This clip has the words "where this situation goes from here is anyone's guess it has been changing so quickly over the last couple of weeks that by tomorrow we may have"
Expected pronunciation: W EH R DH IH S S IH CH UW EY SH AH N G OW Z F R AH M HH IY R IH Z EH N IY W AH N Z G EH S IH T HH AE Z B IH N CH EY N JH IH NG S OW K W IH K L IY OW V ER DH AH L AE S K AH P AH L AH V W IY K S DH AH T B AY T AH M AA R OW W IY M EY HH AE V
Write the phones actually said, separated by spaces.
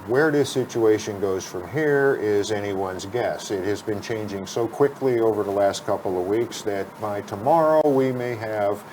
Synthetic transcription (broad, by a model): W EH R DH IH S S IH CH UW EY SH AH N G OW Z F R AH M HH IY R IH Z EH N IY W AH N Z G EH S IH T HH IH Z B IH N CH EY N JH IH NG S OW K W IH K L IY OW V ER DH AH L AE S K AH P L AH V W IY K S DH AH T B AY T AH M AA R OW W IY M EY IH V